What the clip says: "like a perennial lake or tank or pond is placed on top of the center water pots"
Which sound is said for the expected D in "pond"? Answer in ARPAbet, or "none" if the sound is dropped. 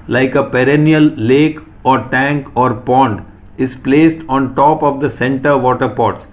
D